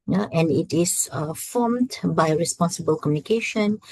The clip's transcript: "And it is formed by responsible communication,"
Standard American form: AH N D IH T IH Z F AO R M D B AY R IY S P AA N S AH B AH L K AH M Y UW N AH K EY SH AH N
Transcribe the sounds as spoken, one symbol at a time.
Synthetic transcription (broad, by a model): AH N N IH T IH S F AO M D B AY R IY S P AA N S AH B AH L K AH M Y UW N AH K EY SH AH N